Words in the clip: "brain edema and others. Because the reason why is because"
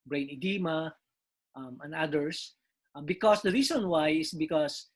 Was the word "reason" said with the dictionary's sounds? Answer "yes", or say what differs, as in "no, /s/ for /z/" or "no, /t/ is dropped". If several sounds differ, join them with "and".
no, /s/ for /z/